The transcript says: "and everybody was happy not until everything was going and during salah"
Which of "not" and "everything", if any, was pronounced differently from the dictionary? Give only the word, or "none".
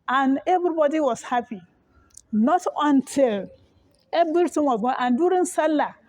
everything